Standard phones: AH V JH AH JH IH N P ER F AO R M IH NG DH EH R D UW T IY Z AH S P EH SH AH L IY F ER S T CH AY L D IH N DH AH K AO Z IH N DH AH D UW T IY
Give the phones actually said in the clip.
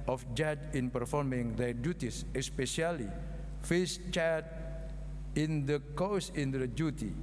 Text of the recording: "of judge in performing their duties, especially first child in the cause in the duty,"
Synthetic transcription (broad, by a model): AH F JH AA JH IH N P ER F AO R M IH NG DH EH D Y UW T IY S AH S P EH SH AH L IY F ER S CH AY D IH N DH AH K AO S IH N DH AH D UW T IY